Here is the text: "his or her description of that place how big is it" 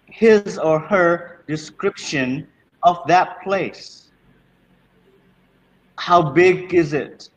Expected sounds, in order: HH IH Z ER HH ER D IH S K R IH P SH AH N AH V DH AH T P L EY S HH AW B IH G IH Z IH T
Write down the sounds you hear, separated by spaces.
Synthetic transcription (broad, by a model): HH IH Z ER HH ER D IH S K R IH P SH AH N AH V DH AH T P L EY S HH AW B IH G IH Z IH T